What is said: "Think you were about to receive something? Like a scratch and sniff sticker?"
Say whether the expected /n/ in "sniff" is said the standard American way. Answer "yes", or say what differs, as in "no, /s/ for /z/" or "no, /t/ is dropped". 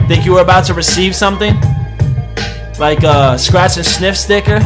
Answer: yes